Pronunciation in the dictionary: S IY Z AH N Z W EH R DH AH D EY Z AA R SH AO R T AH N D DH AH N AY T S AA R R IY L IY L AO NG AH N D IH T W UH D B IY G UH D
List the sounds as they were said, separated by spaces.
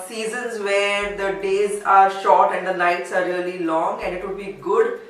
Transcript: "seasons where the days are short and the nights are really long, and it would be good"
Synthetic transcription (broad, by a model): S IY Z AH N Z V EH R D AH D EY Z AA R SH AO R T AH N D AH N AY T S AA R R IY L IY L AO NG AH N D IH T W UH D B IY G UH D